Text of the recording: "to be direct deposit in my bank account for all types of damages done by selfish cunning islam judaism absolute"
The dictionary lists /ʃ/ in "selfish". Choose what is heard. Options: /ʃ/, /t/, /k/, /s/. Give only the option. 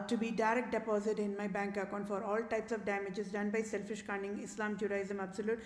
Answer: /ʃ/